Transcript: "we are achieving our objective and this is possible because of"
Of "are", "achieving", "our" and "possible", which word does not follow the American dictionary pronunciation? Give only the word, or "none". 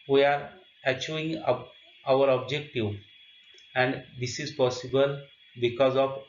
achieving